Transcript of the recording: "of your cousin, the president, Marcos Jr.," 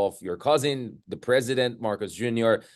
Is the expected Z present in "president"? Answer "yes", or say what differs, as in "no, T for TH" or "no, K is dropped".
yes